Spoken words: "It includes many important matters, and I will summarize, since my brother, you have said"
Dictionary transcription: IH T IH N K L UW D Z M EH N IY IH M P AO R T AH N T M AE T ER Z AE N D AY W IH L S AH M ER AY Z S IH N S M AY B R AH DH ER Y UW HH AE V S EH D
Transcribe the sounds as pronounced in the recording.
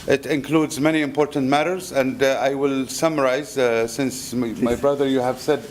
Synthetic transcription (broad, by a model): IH T IH N K L UW D Z M EH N IY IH M P AO R T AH N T M AE T ER Z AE N D AY W IH L S AH M ER AY Z S IH N S M AY B R AH DH ER Y UW HH AE V S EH D